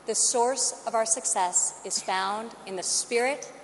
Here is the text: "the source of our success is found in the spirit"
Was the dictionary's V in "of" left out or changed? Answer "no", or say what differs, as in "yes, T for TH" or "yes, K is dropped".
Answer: no